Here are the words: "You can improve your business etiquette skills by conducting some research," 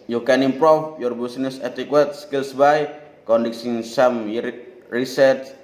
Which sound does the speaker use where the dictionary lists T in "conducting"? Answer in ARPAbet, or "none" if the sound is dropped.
S